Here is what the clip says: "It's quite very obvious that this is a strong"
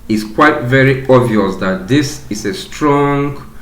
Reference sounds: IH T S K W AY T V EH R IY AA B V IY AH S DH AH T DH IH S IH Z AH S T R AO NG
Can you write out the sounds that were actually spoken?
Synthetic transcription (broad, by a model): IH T S K W AY T V EH R IY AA V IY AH S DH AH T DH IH S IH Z AH S T R AO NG